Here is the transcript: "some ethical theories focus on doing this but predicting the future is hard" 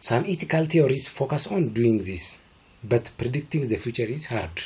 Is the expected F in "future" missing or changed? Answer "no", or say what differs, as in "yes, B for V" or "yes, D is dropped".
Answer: no